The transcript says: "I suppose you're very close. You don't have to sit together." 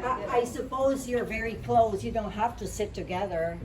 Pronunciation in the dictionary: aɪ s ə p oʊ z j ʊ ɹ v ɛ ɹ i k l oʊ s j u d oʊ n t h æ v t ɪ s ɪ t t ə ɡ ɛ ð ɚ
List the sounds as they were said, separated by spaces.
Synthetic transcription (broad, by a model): aɪ s ə p oʊ z j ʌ ɹ v ɛ ɹ i k l oʊ s j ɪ d oʊ n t h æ f t ɪ s ɪ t t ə ɡ ɛ ð ɚ